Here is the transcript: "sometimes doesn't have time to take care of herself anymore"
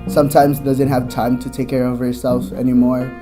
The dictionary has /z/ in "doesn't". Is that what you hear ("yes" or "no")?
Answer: yes